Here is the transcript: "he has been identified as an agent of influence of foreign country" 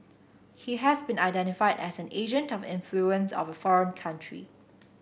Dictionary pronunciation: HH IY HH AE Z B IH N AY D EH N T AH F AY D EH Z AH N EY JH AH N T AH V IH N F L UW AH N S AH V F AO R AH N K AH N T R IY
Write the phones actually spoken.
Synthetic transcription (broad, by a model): HH IY HH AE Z B IH N AY D EH N T AH F AY D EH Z AH N EY JH AH N T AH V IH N F L UW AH N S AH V F AO R AH N K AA N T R IY